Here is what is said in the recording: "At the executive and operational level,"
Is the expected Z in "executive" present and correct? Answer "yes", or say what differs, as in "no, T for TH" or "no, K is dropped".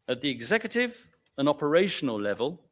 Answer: yes